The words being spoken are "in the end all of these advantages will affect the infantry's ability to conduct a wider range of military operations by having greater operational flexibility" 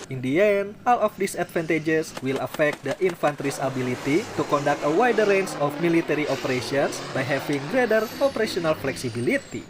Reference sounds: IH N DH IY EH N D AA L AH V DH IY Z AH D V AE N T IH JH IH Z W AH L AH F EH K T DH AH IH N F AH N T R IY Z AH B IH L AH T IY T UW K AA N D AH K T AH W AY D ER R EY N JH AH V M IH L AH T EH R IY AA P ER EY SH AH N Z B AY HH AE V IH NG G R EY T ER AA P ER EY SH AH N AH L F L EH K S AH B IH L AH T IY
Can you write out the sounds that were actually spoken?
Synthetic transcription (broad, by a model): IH N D IY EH N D AA L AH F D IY S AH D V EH N T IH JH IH S W AH L AH F EH K T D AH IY N F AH N T R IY S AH B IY L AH T IY T UW K AA N D AH K T AH W AY D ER R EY N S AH F M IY L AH T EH R IY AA P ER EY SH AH N S B AY HH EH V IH NG G R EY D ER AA P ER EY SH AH N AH L F L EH K S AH B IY L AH T IY